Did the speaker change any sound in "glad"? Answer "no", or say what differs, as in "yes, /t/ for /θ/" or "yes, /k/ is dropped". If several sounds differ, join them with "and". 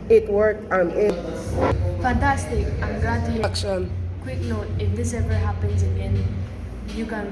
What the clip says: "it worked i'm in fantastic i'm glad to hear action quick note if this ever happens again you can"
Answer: yes, /l/ is dropped